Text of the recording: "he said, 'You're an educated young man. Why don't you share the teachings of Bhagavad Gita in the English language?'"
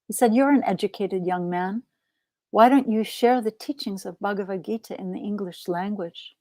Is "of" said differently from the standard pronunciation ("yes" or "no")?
no